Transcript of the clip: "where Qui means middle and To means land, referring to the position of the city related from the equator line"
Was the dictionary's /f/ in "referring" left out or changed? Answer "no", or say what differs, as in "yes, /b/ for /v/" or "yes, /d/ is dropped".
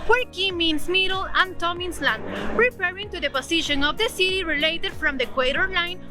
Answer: yes, /p/ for /f/